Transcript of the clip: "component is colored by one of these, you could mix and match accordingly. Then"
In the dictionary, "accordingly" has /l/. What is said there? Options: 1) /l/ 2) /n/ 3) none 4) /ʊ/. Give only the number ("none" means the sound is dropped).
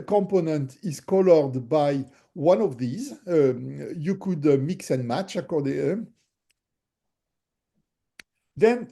3